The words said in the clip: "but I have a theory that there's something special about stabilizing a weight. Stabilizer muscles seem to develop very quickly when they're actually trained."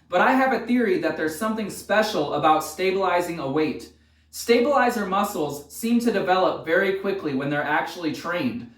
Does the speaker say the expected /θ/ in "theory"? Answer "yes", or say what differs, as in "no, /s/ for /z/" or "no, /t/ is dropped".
yes